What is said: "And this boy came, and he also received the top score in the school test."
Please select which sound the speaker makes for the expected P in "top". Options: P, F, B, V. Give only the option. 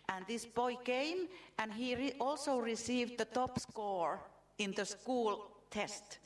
P